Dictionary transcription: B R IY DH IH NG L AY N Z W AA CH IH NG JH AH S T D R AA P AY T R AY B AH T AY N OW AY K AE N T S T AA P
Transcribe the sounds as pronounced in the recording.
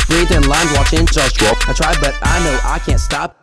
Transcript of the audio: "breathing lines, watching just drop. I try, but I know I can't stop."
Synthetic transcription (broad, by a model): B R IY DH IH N L AY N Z W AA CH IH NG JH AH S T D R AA AY T R AY B AH T AY N OW AY K AE N T S T AA P